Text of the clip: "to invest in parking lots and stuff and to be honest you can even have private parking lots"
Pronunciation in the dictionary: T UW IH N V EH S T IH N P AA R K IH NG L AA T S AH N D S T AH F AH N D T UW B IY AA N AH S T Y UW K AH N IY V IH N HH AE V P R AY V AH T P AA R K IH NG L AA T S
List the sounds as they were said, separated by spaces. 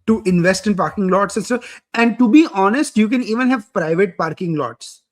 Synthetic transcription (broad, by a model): T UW IH N V EH S T IH N P AA R K IH NG L AA T S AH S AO AH N D T UW B IY AA N AH S T Y UW K AH N IY V IH N HH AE V P R AY V AH T P AA R K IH NG L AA T S